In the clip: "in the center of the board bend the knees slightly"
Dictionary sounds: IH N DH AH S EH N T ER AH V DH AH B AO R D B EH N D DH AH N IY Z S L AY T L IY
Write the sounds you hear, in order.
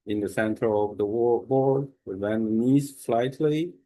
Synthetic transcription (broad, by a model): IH N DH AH S EH N T ER AH V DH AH B AO R D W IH D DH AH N IY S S L AY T L IY